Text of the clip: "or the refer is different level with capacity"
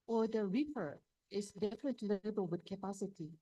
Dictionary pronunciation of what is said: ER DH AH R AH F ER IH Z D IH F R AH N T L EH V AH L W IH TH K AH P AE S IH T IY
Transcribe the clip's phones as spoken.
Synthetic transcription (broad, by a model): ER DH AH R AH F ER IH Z D IH F R AH N T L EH B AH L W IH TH K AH P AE S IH T IY